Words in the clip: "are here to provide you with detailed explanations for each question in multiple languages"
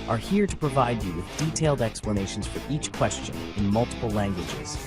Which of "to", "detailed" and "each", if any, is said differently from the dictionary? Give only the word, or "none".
none